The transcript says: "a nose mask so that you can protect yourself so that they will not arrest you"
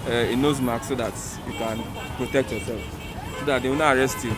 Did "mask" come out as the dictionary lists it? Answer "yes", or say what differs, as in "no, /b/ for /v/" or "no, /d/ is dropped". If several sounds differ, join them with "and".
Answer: no, /s/ is dropped